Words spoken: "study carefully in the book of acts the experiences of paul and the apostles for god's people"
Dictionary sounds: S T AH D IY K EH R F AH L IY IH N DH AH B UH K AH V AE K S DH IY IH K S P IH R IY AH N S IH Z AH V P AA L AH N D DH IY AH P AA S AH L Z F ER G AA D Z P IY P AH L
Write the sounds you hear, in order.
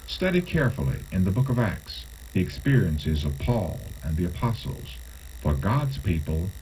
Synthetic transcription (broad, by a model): S T AH D IY K EH R F L IY IH N DH AH B UH K AH V AE K S DH IY IH K S P IH R IY AH N S IH Z AH V P AA L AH N DH IY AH P AA S L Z F ER G AA D Z P IY P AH L